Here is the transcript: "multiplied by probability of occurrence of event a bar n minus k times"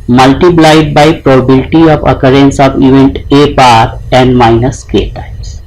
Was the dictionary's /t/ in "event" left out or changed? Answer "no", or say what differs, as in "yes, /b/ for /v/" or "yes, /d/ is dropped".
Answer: no